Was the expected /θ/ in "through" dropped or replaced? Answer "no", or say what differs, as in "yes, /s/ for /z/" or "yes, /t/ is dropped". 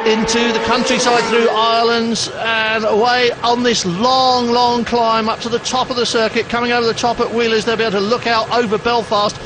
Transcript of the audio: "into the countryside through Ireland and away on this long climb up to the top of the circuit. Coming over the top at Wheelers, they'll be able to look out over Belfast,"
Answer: no